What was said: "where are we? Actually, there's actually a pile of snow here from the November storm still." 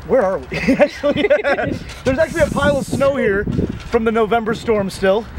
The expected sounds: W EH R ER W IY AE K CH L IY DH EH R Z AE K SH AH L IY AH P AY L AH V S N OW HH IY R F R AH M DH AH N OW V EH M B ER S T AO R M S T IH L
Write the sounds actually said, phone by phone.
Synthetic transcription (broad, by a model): W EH R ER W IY AE K CH L IY DH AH R Z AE K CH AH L IY AH P AY L AH V S N OW HH IY R F R AH M DH AH N OW V EH M B ER S T AO R M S T IH L